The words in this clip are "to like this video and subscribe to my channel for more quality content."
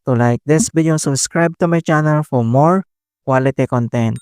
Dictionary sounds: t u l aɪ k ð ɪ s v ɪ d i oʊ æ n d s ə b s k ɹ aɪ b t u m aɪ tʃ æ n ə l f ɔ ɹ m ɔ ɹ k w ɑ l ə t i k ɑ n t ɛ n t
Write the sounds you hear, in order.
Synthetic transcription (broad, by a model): t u l aɪ k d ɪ s b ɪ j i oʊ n s ə b s k ɹ aɪ b t u m aɪ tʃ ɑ n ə l f ɔ ɹ m ɔ ɹ k w ɑ l ə t i k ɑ n t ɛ n t